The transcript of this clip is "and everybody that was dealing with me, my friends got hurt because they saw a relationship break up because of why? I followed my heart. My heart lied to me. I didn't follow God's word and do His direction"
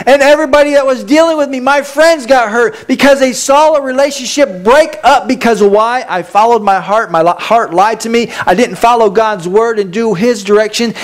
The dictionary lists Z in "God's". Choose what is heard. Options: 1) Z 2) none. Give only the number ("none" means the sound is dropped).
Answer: 1